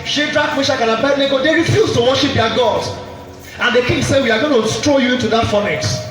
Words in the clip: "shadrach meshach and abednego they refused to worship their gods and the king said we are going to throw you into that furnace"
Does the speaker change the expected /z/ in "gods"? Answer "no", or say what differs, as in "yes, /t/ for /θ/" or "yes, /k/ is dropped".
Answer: yes, /z/ is dropped